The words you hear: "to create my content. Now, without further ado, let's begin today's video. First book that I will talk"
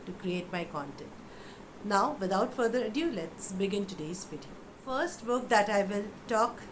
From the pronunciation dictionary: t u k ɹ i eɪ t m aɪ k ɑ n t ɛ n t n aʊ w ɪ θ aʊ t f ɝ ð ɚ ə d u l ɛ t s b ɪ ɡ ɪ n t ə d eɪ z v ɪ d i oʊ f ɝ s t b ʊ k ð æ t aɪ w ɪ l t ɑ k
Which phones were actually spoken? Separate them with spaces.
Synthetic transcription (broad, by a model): t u k ɹ i eɪ t m aɪ k ɑ n t ɛ n t n aʊ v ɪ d aʊ t f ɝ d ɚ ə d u l ɛ t s b ɪ ɡ ɪ n t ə d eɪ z p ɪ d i f ɝ s t b ʊ k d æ t aɪ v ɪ l t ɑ k